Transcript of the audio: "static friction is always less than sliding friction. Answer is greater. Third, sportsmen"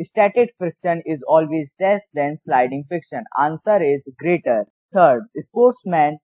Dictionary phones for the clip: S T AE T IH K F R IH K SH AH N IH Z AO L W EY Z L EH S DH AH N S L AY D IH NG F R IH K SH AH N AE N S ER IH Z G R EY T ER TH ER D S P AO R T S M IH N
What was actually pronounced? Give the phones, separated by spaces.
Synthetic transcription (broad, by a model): S T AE T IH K F IH K SH AH N IH Z AO L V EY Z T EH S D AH N S L AY D IH NG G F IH K SH AH N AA N S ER IH Z G R EY T ER T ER D S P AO R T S M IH N